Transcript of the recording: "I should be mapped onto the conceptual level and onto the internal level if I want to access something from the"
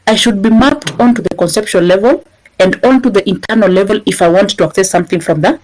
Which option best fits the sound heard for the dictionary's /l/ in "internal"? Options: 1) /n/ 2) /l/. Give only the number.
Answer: 2